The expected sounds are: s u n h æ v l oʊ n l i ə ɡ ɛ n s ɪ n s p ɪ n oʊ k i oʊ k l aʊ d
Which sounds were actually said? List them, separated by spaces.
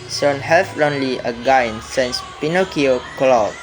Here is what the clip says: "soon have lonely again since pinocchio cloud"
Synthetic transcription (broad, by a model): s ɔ n h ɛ f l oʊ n l i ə ɡ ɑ n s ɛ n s p ɪ n oʊ k i oʊ k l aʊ